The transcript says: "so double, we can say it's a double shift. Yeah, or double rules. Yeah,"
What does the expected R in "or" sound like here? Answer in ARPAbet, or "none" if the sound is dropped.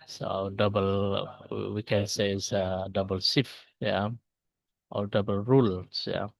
L